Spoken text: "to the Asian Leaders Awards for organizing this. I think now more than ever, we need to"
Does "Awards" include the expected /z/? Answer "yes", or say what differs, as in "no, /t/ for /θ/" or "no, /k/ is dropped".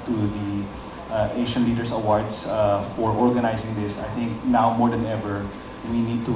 no, /s/ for /z/